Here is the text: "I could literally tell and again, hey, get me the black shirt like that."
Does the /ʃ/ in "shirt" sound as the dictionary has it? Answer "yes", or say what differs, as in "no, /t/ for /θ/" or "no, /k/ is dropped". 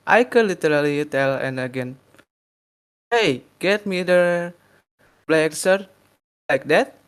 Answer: no, /s/ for /ʃ/